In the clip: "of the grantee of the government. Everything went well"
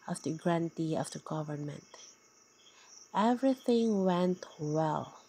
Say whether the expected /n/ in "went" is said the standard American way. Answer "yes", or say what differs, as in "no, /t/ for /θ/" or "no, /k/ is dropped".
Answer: yes